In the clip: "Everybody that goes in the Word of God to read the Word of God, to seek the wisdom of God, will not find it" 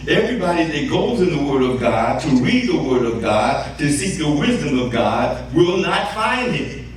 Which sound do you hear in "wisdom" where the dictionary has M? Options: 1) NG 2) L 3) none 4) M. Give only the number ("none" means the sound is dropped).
4